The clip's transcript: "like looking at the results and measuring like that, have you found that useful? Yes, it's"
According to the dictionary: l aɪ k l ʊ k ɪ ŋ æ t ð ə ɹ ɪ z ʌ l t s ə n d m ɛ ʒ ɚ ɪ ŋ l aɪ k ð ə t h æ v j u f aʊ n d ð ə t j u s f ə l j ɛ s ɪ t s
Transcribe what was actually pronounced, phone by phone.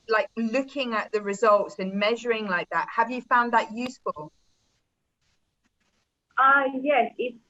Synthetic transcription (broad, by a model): l aɪ k l ʊ k ɪ ŋ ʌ t ð ə ɹ ɪ z ʌ l t s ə n m ɛ ʒ ɚ ɪ ŋ l aɪ k ð ə t h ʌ v j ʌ f aʊ n ð ə t j u s f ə l j ɛ s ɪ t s